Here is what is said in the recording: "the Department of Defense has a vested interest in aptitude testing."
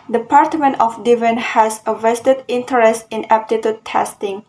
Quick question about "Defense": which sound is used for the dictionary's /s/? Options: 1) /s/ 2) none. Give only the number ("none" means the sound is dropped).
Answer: 2